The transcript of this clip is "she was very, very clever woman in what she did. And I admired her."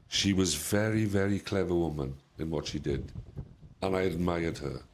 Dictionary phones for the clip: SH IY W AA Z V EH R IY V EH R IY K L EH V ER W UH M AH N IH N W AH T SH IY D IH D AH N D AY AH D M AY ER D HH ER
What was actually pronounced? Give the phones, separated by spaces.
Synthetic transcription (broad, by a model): SH IY W AA Z V EH R IY V EH R IY K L EH V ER W UH M AH N IH N W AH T SH IY D IH D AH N AY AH D M AY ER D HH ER